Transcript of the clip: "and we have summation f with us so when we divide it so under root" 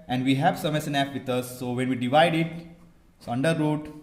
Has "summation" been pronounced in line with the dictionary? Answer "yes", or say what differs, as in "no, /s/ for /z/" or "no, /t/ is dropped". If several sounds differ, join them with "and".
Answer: no, /s/ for /ʃ/